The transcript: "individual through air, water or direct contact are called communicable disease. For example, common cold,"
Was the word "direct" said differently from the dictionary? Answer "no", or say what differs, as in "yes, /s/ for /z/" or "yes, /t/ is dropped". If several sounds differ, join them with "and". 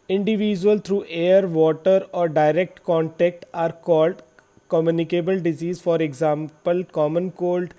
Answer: no